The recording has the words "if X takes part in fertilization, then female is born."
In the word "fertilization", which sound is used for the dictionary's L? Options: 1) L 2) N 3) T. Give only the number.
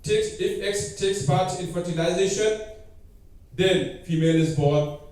2